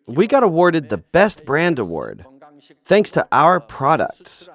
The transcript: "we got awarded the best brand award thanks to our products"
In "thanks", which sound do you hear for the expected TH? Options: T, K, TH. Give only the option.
TH